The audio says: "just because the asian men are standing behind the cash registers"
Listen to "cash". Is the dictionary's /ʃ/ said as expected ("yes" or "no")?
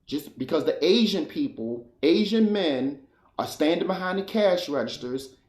yes